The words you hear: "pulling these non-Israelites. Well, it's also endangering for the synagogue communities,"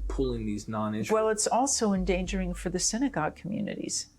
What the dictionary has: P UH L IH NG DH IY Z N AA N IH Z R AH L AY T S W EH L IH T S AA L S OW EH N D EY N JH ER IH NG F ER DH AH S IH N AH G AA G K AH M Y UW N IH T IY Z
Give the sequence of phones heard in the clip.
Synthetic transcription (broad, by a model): P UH L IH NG DH IY Z N AA N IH W EH L IH T S AA L S OW EH N D EY N JH ER IH NG F ER DH AH S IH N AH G AA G K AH M Y UW N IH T IY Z